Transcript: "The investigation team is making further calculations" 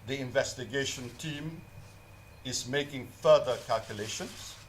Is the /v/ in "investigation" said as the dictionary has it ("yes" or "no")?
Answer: yes